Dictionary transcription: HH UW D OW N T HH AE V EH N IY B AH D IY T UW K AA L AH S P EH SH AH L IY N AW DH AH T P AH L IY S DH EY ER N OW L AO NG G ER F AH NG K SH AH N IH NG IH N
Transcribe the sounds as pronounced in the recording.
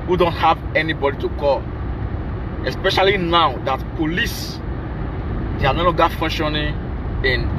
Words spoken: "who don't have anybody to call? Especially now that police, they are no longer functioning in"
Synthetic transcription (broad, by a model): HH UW D OW N T HH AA V EH N IY B AH D IY T UW K AA L AH S P EH SH AH L IY N AW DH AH T P AH L IY S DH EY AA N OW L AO G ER F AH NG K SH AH N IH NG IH N